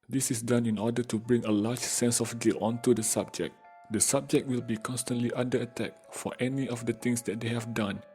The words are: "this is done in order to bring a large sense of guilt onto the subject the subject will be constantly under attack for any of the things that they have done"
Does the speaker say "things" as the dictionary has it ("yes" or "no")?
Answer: no